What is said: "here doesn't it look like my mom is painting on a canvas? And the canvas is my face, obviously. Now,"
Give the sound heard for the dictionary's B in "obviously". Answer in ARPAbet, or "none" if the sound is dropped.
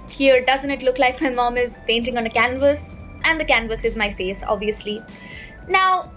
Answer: B